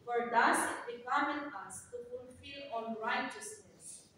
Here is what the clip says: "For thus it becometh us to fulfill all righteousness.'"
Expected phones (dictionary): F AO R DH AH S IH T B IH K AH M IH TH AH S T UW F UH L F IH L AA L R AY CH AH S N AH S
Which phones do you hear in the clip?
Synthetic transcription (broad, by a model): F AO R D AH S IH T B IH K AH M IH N AH S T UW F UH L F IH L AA N R AY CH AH S N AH S